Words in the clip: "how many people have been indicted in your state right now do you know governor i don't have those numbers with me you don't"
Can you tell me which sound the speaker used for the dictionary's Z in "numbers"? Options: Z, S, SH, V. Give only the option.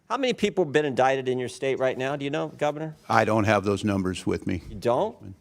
Z